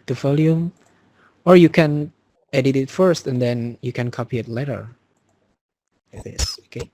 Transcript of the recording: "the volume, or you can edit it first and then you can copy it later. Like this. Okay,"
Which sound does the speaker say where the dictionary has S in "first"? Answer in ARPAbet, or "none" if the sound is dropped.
S